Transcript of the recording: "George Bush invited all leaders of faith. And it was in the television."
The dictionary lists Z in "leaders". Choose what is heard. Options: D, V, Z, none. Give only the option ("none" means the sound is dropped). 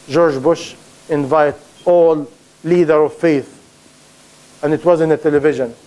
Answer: none